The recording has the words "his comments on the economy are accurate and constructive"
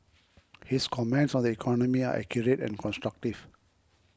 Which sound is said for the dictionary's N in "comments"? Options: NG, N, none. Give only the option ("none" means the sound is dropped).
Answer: N